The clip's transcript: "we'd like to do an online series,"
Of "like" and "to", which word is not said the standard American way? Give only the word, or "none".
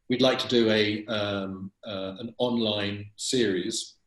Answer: none